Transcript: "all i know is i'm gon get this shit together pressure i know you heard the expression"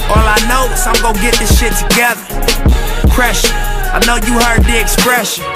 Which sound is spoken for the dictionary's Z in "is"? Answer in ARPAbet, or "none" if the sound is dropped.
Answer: S